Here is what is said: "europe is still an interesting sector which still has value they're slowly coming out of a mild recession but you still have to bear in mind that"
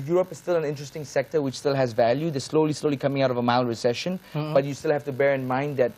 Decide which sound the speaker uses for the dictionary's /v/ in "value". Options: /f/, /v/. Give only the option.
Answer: /v/